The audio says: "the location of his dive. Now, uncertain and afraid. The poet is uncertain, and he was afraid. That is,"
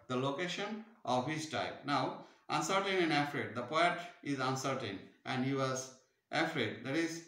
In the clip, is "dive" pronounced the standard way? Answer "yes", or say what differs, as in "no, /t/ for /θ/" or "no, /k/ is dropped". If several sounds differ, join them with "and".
no, /p/ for /v/